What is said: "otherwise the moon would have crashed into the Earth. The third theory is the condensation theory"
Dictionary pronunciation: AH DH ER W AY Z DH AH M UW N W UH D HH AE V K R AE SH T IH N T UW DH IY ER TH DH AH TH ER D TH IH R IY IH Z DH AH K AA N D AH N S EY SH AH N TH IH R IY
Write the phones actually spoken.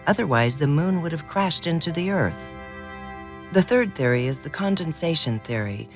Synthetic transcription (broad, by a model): AH DH ER W AY Z DH AH M UW N W UH D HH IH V K R AE SH T IH N T UW DH IY ER TH DH AH TH ER D TH IH R IY IH Z DH AH K AA N D AH N S EY SH AH N TH IH R IY